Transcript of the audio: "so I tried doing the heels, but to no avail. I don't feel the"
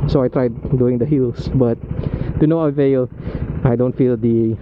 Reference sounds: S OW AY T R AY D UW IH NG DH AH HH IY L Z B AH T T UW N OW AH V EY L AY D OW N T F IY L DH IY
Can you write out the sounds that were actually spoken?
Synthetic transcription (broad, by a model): S OW AY T R AY D UW IH NG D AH HH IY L S B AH T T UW N OW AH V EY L AY D OW N T F IY L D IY